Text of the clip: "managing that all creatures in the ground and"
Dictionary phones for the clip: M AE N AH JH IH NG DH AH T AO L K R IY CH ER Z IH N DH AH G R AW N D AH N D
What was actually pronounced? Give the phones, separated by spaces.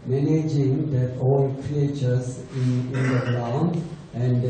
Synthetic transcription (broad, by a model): M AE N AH JH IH NG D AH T AO L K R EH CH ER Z IH N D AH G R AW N AH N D